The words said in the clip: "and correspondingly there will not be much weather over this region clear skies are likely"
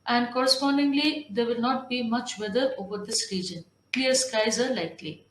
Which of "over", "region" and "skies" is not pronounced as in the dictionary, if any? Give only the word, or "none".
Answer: none